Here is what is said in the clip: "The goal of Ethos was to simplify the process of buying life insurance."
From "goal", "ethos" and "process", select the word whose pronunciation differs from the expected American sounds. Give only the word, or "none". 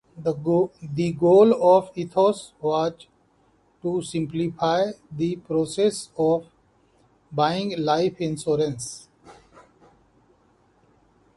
ethos